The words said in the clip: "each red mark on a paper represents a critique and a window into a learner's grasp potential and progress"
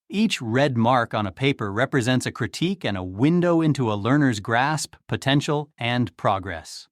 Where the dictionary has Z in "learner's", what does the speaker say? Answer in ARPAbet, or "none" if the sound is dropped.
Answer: Z